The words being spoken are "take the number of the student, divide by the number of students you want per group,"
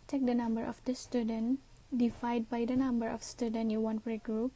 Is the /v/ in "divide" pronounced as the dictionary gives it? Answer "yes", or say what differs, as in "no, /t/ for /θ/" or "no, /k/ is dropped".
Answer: no, /f/ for /v/